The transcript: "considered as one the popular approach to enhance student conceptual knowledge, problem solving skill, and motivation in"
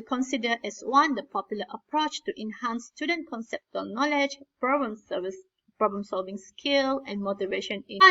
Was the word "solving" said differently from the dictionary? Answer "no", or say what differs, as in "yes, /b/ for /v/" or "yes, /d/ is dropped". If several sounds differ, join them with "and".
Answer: no